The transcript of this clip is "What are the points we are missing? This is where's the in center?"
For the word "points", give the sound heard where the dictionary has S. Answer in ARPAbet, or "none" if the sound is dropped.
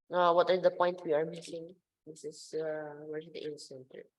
none